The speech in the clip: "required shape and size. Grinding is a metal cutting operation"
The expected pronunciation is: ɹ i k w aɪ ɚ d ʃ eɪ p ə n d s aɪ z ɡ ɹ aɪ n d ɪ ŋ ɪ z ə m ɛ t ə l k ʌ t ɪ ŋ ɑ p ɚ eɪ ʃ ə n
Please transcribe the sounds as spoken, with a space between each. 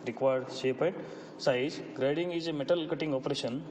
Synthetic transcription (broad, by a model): ɹ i k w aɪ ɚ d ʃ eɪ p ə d s aɪ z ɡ ɹ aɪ d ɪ ŋ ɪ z ə m ɛ t ə l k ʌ t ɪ ŋ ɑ p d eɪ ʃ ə n